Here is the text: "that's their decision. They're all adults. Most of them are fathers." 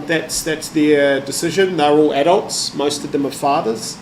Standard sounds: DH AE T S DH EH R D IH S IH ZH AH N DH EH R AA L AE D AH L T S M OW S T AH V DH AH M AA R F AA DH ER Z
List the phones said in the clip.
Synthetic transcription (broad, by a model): DH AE T S DH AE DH D IH S IH ZH AH N DH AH R AA L AE D AH L T S M OW S T AH V DH AH M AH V F AA DH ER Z